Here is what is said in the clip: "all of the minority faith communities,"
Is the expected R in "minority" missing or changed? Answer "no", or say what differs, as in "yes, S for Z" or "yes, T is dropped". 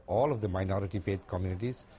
no